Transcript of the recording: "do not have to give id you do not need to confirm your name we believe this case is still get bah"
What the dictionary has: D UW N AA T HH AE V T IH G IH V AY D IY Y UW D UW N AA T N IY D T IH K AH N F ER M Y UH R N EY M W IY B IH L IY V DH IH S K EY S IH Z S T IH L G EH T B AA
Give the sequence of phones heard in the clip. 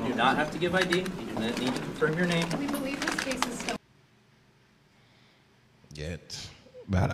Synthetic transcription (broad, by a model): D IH N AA T HH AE F T IH G IH V AY D IY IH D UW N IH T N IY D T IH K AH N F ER M Y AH R N EY M W IY B IH L IY V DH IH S K EY S IH Z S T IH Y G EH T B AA